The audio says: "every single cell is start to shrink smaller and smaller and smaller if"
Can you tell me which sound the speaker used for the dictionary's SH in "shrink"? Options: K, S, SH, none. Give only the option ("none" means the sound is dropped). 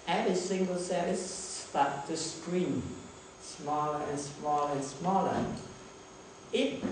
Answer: S